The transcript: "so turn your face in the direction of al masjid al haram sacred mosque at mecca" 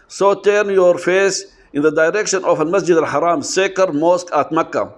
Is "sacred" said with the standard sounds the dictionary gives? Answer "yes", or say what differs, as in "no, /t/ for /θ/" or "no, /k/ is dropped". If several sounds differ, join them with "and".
no, /ɹ/ is dropped